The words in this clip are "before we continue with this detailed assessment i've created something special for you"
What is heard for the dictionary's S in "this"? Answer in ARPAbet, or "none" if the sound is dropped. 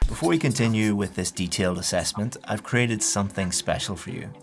S